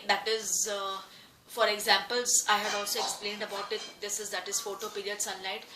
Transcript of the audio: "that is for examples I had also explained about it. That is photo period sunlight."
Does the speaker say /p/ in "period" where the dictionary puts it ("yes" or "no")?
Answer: yes